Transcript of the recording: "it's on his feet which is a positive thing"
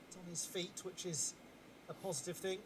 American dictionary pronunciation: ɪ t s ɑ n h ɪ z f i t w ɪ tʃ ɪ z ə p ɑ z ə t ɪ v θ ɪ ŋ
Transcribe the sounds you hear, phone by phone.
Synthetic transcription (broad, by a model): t n ɪ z f i t w ɪ tʃ ɪ z ə p ɑ z ə t ɪ v θ ɪ ŋ